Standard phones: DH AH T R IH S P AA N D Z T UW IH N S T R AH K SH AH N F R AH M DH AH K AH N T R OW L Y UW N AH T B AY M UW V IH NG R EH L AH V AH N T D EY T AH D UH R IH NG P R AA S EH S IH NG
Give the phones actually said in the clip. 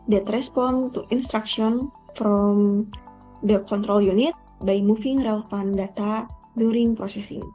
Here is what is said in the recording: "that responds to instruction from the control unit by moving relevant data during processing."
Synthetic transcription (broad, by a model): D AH T R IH S P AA N T UW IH N S T R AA K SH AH N F R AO M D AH K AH N T R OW L Y UW N AH T B AY M UW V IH NG R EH L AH F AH N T D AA T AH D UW R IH NG P R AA S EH S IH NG